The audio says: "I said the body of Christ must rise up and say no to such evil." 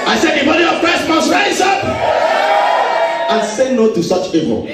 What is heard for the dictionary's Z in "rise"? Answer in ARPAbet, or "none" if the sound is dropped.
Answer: S